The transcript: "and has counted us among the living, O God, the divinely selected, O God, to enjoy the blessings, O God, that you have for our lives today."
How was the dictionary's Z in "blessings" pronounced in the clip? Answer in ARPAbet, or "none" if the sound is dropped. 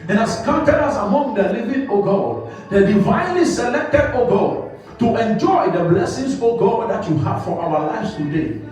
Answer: S